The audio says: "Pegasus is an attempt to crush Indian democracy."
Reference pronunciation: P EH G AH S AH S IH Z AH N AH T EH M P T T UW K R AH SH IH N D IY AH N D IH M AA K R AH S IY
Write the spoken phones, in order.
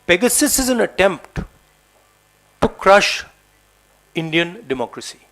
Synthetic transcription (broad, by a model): P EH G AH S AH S IH Z AH N AH T EH M P T T UW K R AH SH IH N D IY AH N D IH M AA K R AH S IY